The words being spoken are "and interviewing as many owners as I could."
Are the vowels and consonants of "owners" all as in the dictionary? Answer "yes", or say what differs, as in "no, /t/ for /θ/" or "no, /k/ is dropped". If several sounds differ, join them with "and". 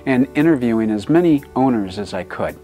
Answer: yes